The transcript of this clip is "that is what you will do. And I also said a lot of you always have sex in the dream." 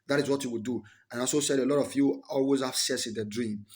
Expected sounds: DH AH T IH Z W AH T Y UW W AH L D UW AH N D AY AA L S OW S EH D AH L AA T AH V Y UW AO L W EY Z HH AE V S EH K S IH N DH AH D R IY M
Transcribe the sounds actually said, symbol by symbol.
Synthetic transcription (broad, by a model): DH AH T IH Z W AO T Y UW W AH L D UW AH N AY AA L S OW S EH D AH L AA T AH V Y UW AO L W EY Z HH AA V S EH S IH N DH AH D R IY M